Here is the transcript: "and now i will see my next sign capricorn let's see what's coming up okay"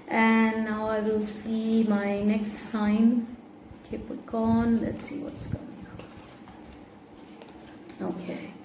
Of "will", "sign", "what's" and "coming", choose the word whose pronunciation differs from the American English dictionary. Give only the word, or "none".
coming